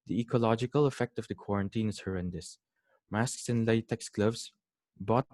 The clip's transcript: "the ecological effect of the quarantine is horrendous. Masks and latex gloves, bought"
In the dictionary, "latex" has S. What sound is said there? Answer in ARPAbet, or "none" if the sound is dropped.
S